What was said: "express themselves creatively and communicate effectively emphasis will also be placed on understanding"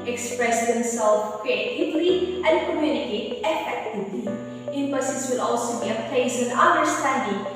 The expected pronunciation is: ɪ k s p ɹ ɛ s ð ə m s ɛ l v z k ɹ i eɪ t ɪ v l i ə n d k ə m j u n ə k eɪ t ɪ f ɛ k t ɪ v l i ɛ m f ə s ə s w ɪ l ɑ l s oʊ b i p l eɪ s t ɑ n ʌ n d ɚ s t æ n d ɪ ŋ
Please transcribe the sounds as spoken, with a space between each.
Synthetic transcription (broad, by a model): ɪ k s p ɹ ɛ s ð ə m s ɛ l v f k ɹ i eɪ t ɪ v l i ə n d k ə m j u n ə k eɪ t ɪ f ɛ k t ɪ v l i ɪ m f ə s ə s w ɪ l ɑ l s oʊ b i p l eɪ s ɑ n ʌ n d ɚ s t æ n d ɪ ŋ